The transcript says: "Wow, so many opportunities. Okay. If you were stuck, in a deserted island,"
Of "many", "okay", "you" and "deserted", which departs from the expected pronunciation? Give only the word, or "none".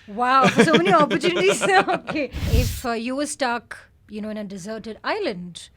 none